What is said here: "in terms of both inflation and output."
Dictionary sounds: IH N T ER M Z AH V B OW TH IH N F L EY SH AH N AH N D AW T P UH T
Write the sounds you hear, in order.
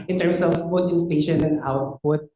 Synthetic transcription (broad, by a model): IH N T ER M S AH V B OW T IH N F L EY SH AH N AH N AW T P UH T